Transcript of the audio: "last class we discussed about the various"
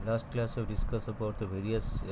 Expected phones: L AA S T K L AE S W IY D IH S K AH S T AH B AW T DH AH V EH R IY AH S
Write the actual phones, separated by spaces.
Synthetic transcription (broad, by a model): L AA S T K L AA S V D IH S K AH S AH B AW T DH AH V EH R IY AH S